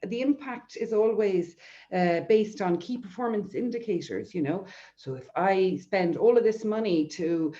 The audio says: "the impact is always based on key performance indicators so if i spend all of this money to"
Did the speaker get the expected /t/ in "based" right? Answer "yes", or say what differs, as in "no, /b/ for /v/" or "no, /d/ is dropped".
yes